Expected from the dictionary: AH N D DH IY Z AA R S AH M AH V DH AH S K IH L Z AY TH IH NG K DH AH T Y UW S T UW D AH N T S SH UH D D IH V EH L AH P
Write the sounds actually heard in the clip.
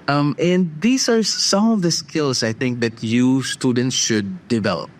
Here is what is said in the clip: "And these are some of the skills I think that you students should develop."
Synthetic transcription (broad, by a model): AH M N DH IY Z AA R S AH M AH V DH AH S K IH L S AY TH IH NG K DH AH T Y UW S T UW D AH N T S SH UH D D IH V EH L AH P